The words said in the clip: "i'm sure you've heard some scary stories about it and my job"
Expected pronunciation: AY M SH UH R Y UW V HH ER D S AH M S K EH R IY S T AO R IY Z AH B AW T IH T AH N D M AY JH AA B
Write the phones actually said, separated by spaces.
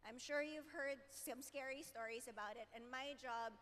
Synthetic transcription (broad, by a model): AY M SH UH R Y UW V HH ER D S AH M S K EH R IY S T AO R IY Z AH B AW T IH T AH N M AY JH AA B